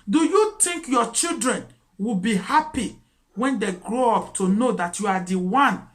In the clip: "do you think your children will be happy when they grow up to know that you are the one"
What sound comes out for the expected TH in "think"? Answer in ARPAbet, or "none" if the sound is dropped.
T